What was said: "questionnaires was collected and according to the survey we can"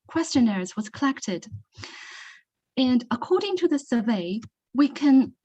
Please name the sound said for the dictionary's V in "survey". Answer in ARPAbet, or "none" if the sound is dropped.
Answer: V